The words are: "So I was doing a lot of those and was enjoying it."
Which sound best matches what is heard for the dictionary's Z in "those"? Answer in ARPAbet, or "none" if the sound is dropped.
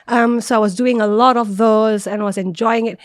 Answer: Z